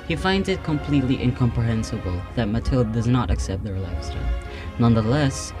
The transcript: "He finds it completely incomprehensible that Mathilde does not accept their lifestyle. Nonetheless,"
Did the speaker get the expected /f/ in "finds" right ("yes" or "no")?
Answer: yes